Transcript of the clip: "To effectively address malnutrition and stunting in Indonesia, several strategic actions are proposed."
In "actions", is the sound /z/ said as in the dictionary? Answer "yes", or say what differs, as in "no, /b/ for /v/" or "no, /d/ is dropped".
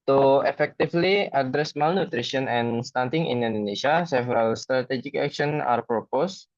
no, /z/ is dropped